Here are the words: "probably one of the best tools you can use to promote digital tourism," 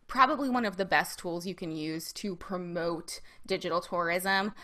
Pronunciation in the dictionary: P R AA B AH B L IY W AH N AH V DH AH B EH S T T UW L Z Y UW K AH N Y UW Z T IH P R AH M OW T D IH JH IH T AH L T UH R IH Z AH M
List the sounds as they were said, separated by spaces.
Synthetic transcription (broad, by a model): P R AA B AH B L IY W AH N AH V DH AH B EH S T T UW L Z Y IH K AH N Y UW Z T IH P R AH M OW T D IH JH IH T L T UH R IH Z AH M